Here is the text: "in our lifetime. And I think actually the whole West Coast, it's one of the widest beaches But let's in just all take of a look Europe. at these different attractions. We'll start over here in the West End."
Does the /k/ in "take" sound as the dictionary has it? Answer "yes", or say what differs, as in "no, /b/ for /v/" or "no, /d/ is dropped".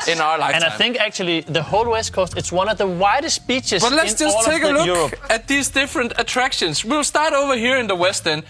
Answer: no, /k/ is dropped